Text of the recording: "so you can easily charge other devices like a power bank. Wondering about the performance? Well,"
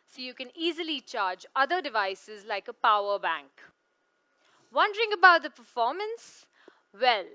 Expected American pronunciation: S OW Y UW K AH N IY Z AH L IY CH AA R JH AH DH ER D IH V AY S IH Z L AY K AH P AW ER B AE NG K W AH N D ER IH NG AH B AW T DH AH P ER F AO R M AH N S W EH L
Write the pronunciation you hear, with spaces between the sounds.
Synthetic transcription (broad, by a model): S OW Y UW K AH N IY Z AH L IY CH AA R JH AH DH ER D IH V AY S IH Z L AY K AH P AW ER B AE NG K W AH N D ER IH NG AH B AW T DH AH P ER F AO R M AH N S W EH L